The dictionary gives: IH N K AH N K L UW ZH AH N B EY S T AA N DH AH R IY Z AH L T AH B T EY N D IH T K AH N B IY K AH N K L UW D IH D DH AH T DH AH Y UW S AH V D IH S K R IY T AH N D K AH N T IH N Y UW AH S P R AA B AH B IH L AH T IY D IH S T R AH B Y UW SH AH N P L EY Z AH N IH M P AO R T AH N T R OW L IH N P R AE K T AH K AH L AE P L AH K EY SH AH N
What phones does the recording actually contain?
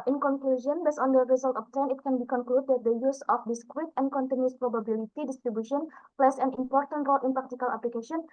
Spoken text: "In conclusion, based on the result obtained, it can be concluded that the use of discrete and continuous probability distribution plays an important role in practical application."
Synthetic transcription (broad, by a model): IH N K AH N K L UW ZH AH N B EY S AA N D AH R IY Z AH L T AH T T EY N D IH T K AH N B IY K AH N K L UW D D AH T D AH Y UW S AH F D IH S K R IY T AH N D K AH N T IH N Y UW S P R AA B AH B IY L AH T IY D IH S T R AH B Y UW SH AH N P L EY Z AH N IH M P AO R T AH N T R OW L IH N P R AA K T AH K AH L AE P L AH K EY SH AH N